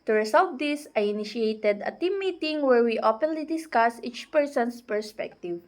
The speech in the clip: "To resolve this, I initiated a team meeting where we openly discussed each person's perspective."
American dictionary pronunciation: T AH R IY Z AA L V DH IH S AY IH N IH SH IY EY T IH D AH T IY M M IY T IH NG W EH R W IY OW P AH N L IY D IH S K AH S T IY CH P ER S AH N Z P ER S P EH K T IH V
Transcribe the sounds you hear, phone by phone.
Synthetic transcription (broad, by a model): T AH R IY S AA L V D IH S AY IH N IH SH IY EY T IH D AH T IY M M IY T IH NG W EH R W IY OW P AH N L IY D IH S K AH S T IY CH P ER S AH N S P ER S P EH K T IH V